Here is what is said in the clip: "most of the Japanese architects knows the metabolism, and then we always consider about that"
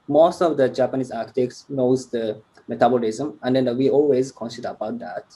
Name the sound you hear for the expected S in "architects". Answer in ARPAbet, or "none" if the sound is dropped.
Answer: S